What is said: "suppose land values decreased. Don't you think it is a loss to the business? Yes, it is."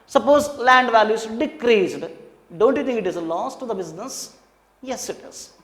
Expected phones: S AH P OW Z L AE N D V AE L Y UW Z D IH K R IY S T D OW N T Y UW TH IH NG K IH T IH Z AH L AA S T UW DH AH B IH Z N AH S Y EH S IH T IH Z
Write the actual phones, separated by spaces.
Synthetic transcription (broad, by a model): S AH P OW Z L AE N D V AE L Y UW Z D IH K R IY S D D OW N T Y UW T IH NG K IH T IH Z L AA S T UW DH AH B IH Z N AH S Y EH S IH T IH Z